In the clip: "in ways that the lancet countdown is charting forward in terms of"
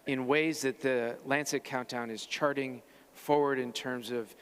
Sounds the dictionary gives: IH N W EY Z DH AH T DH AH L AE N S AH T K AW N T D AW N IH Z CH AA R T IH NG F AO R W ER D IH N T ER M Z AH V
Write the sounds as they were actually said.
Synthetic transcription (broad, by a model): IH N W EY Z DH AH T DH AH L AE N S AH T K AW N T AW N IH Z CH AA R T IH NG F AO R W ER D IH N T ER M Z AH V